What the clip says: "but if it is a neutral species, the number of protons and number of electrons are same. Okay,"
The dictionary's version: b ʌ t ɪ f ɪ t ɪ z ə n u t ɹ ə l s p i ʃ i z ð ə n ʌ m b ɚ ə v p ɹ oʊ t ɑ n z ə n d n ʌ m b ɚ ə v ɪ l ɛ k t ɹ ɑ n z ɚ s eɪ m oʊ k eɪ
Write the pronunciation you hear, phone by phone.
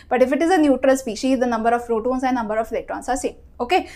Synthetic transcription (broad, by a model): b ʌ t ɪ f ɪ t ɪ z ə n u t ɹ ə l s p i ʃ i z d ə n ʌ m b ɚ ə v ɹ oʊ t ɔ n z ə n n ʌ m b ɚ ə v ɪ l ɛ k t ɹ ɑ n s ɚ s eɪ oʊ k eɪ